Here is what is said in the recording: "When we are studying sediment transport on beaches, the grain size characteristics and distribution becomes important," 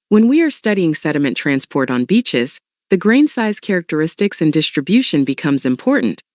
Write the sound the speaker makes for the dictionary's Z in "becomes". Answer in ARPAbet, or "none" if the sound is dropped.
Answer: Z